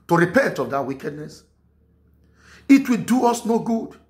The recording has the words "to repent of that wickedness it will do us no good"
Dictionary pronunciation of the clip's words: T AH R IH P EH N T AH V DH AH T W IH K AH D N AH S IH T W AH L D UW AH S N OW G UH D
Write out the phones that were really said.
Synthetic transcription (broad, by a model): T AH R IH P EH N T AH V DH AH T W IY K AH D N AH S IH T W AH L D UW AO S N OW G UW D